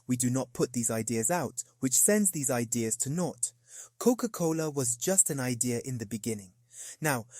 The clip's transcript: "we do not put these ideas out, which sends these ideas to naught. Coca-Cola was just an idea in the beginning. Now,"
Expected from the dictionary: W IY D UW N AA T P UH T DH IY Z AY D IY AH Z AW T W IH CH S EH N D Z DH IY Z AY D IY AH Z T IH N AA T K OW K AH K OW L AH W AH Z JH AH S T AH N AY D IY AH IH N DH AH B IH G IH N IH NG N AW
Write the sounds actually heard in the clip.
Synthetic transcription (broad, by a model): W IY D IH N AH T P UH T DH IY Z AY D IY AH Z AW T W IH CH S EH N D Z DH IY Z AY D IY AH Z T IH N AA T K OW K AH K OW L AH W AH Z JH AH S T AH N AY D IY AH IH N DH AH B IH G IH N IH NG N AW